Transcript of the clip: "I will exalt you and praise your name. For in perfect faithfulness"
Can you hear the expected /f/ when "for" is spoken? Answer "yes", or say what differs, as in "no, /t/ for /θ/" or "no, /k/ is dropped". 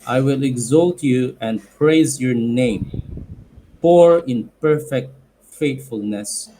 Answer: no, /p/ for /f/